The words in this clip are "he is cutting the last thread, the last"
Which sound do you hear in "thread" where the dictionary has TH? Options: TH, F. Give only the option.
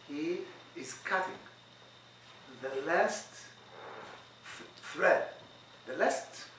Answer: F